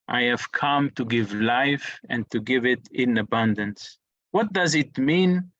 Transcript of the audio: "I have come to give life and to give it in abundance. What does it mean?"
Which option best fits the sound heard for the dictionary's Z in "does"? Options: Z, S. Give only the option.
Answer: Z